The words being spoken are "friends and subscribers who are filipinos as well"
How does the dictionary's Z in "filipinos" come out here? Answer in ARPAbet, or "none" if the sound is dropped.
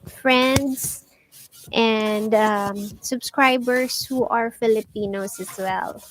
S